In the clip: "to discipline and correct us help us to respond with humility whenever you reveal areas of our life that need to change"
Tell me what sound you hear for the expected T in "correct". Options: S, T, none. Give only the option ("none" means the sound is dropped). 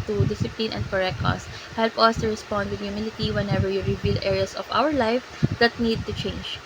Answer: none